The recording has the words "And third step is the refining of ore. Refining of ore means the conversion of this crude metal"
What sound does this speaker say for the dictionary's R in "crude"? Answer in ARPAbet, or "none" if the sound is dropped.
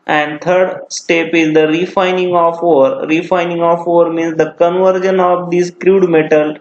R